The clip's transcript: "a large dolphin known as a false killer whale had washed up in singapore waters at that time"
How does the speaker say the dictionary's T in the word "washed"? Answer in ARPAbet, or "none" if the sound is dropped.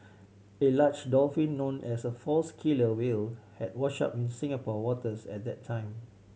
none